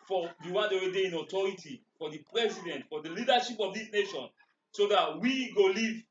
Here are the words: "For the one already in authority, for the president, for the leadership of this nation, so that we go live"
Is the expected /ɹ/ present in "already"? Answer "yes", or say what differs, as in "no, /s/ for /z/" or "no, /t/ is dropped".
no, /w/ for /ɹ/